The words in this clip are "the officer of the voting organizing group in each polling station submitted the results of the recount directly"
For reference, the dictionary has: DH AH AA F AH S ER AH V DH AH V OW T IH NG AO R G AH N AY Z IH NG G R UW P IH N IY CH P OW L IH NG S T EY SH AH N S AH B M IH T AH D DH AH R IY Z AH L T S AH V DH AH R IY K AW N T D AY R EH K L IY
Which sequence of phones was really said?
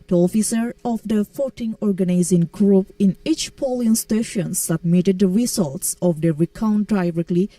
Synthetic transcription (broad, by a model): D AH AA F AH S ER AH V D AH F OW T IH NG AO R G AH N AY Z IH NG G R UW P IH N IY CH P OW L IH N S T EY SH AH N S AH B M IH T AH D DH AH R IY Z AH L T S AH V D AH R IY K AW N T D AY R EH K L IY